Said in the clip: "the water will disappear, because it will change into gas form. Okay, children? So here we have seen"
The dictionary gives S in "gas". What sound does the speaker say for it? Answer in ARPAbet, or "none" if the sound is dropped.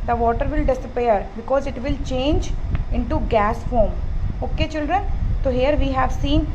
S